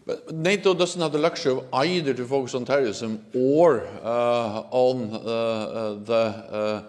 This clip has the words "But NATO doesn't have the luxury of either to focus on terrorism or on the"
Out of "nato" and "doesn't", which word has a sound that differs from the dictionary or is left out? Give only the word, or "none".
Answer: doesn't